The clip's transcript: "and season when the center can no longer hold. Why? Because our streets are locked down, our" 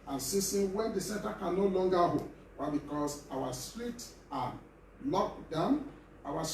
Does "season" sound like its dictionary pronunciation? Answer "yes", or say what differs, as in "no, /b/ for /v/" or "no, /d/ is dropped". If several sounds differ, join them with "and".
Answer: no, /s/ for /z/